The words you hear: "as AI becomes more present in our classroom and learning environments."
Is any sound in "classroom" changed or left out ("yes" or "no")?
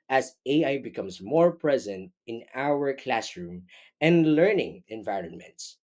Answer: no